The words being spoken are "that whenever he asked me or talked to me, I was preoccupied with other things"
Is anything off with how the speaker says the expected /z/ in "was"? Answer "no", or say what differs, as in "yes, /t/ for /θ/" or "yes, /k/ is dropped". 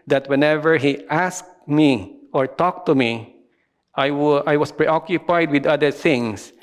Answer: yes, /s/ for /z/